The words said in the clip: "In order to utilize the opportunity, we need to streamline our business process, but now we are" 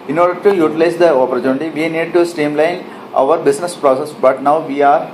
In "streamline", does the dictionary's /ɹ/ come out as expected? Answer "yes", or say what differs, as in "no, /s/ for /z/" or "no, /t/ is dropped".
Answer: no, /ɹ/ is dropped